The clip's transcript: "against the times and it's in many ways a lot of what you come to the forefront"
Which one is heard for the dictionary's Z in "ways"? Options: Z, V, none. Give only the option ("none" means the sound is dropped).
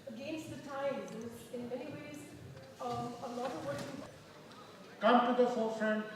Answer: Z